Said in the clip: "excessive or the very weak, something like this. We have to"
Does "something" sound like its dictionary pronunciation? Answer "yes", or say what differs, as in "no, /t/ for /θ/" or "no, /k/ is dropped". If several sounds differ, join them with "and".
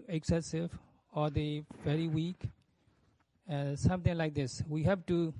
no, /t/ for /θ/